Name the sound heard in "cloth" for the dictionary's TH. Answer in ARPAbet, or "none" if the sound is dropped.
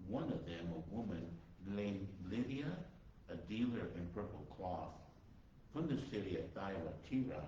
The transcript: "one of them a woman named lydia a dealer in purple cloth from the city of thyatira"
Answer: TH